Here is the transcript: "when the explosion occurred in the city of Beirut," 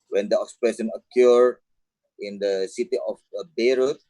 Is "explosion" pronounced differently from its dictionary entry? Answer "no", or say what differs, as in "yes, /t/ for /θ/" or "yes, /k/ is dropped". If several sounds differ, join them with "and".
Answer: yes, /s/ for /ʒ/